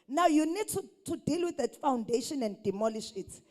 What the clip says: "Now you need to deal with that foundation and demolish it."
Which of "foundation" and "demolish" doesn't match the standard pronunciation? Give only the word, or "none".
none